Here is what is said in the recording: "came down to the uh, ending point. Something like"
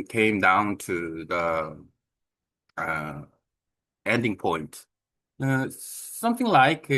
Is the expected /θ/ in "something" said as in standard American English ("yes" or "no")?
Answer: yes